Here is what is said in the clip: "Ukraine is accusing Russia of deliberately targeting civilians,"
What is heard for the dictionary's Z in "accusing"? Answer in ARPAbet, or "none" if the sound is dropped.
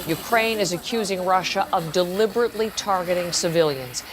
Z